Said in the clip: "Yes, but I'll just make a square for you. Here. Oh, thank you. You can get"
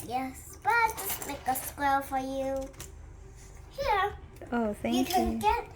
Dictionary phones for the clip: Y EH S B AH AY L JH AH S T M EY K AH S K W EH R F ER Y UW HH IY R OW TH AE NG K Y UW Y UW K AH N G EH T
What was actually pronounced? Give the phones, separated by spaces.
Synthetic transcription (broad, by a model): Y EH S B AH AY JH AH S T M EY K AH S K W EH L F ER Y UW HH IY R OW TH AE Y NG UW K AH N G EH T